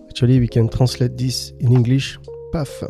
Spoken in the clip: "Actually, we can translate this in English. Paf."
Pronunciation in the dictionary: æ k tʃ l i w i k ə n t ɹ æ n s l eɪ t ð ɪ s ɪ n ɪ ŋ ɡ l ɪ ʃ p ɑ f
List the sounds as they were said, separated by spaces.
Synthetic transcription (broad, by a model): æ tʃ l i w i k ə n t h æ s l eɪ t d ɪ s ɪ n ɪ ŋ ɡ l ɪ ʃ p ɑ f